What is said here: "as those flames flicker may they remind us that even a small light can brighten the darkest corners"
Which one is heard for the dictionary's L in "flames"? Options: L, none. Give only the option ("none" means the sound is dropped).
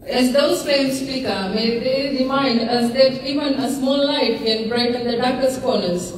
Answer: none